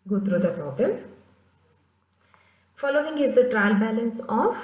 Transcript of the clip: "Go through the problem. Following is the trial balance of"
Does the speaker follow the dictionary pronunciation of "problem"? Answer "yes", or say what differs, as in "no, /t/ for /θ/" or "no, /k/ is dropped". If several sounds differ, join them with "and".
no, /l/ is dropped